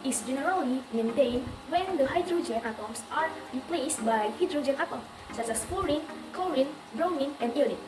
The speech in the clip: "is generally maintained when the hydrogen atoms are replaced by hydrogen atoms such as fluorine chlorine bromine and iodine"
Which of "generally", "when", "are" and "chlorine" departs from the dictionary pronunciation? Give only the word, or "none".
chlorine